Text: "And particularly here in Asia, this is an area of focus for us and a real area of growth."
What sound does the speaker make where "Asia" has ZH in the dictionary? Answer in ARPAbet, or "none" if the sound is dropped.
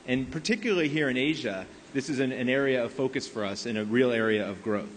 ZH